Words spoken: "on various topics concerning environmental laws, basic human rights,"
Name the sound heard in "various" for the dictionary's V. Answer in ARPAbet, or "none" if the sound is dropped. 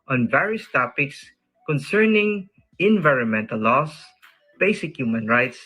V